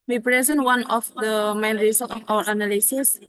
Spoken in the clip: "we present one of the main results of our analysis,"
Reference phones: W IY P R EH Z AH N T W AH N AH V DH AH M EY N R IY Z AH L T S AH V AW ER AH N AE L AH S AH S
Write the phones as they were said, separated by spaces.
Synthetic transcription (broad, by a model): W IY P R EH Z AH N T W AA N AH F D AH M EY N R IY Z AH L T AH F AW ER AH N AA L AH S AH S